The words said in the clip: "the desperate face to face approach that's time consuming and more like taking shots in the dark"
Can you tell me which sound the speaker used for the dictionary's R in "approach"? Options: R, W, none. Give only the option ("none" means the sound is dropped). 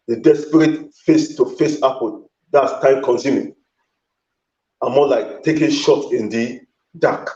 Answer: none